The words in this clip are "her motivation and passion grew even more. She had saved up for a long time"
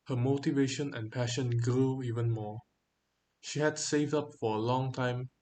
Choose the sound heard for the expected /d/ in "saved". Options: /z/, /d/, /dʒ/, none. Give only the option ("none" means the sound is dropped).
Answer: /d/